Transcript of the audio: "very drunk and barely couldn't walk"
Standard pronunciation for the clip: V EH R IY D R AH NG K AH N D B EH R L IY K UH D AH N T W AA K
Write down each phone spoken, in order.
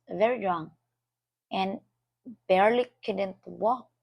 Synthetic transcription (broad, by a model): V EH R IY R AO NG AH N B EH R L IY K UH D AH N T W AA